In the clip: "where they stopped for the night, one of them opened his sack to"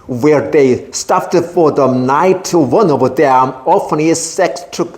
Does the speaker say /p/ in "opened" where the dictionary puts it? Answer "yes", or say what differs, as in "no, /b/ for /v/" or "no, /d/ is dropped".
no, /f/ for /p/